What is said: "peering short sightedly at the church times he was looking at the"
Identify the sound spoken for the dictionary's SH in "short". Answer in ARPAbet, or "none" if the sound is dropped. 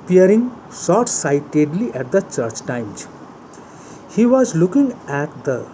S